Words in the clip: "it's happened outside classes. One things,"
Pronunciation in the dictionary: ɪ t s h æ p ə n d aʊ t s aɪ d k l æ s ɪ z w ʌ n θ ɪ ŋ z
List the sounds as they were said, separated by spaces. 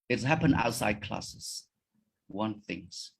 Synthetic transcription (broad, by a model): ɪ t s h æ p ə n aʊ t s aɪ d k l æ s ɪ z w ʌ n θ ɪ ŋ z